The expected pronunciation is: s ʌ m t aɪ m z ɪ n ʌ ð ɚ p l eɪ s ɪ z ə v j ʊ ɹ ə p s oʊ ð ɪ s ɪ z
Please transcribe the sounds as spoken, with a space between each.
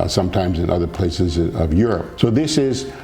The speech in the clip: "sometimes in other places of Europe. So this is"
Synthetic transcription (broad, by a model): s ʌ m t aɪ m z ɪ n ʌ ð ɚ p l eɪ s ɪ z ə v j ʊ ɹ ə p s oʊ ð ɪ s ɪ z